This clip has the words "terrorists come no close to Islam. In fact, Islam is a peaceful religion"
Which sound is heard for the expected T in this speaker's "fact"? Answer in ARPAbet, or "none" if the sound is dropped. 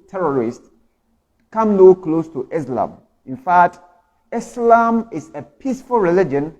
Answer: T